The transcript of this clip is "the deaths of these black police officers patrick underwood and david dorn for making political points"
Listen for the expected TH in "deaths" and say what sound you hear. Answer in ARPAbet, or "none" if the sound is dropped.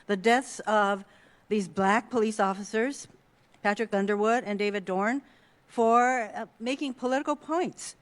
TH